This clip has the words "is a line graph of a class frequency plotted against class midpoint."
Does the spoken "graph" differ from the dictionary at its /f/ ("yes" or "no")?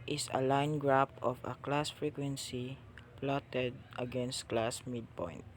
yes